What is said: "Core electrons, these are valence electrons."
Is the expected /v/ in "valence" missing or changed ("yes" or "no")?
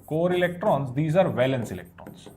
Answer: no